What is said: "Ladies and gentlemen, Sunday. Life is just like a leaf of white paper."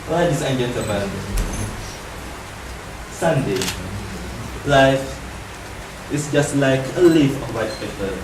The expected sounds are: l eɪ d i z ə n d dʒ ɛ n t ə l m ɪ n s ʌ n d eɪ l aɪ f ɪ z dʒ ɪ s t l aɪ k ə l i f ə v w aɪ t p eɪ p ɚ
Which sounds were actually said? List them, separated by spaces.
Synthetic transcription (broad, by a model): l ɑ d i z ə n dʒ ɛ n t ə m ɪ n s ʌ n d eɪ l aɪ f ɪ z dʒ ɪ s t l aɪ k ə l i f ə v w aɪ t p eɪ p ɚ